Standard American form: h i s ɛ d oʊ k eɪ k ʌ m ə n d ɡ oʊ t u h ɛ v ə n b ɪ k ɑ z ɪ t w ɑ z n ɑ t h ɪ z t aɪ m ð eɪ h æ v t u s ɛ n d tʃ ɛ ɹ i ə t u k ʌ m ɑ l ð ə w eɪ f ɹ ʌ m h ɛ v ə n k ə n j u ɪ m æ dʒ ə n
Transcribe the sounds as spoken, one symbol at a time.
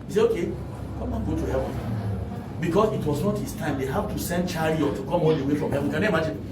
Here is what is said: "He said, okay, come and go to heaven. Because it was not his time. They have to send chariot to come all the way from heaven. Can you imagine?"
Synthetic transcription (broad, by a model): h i s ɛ oʊ k eɪ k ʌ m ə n ɡ oʊ t u h ɛ v ə n b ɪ k ɑ s ɪ t w ɑ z n ɑ t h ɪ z t aɪ m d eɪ h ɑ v t u s ɛ n d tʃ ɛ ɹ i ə t u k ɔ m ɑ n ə w eɪ f ɹ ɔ m h ɛ v ə n k ə n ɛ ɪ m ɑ dʒ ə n